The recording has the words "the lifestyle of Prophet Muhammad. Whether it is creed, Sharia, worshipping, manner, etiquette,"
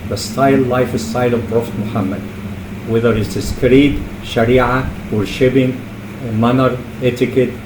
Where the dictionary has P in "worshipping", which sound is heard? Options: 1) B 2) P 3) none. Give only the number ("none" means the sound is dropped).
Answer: 1